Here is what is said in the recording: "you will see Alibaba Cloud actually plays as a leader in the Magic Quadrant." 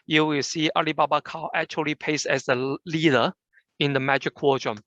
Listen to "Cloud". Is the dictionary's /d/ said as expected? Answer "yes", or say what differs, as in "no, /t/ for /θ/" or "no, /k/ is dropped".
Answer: no, /d/ is dropped